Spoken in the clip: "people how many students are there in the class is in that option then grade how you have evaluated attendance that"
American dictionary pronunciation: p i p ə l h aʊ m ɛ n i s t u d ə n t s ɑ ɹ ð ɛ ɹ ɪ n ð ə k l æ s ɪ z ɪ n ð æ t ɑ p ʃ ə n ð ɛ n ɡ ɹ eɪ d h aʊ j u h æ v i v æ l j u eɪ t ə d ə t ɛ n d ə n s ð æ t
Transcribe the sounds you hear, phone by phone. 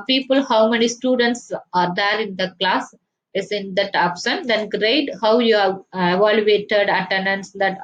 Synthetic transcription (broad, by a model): p i p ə l h aʊ m ɛ n i s t u d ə n t s ɑ ɹ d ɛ ɹ ɪ n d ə k l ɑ s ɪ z ɪ n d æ t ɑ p s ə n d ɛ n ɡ ɹ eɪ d h aʊ j u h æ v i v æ l j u eɪ t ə d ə t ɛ n d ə n s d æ t